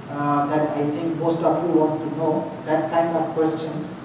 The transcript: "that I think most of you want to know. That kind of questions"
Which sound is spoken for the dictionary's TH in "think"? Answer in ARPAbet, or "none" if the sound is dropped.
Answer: T